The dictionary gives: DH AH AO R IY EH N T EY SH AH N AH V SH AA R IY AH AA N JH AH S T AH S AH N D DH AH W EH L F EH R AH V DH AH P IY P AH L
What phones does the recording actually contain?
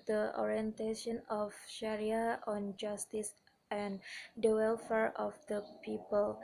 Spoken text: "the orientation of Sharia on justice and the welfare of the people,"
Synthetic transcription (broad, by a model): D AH AO R IY EH N T EY SH AH N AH F SH AA R IY AH AA N JH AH S T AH S AH N D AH W EH L F EH R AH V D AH P IY P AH L